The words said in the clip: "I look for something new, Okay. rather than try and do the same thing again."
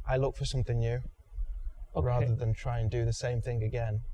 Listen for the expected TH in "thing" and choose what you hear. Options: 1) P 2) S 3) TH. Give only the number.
3